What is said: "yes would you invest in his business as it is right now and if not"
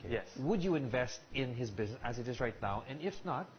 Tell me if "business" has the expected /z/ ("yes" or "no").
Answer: yes